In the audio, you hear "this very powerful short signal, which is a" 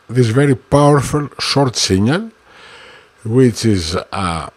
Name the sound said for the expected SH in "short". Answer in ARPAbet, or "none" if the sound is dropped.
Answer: SH